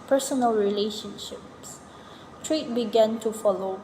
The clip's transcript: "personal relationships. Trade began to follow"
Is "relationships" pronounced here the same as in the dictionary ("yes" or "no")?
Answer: yes